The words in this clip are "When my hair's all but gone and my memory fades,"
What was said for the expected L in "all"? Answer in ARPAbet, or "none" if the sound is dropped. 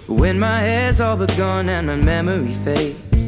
L